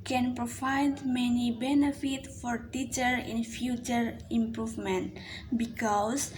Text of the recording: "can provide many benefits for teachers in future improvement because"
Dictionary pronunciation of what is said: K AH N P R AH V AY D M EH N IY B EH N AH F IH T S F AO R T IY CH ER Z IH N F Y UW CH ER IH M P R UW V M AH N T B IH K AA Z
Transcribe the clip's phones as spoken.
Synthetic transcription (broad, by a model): K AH N P R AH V AY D M EH N IY B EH N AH F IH T F AO R T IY CH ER IH N F Y UW CH ER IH M P R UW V M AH N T B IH K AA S